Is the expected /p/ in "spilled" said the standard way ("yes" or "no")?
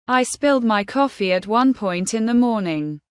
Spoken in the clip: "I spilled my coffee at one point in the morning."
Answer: yes